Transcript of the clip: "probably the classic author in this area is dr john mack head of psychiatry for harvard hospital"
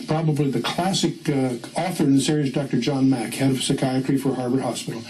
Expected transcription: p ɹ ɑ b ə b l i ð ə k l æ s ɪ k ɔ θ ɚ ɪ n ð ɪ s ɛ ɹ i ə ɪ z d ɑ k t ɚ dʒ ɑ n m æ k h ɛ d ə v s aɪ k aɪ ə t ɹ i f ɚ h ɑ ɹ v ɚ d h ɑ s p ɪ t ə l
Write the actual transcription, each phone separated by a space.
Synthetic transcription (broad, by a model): p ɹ ɑ b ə b l i ð ə k l æ s ɪ k ɔ θ ɚ ɪ n ð ɪ s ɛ ɹ i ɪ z d ɑ k t ɚ dʒ ɑ n m æ k h ɛ d ə v s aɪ k aɪ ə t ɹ i f ɚ h ɑ ɹ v ɚ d h ɑ s p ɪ t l